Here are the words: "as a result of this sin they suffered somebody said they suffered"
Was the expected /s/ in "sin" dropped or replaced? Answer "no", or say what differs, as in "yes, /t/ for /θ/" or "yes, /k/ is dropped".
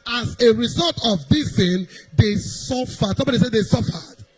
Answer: yes, /θ/ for /s/